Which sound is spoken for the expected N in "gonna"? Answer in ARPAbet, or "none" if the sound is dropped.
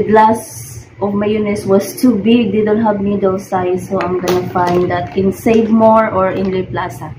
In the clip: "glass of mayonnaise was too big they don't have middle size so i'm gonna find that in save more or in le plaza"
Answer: N